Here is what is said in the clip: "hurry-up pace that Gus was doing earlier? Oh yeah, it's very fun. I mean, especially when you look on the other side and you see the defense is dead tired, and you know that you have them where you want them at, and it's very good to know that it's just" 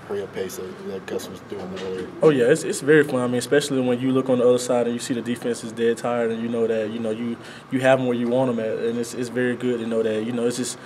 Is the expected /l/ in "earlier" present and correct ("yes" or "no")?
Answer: no